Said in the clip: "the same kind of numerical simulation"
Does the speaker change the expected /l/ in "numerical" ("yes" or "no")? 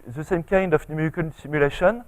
yes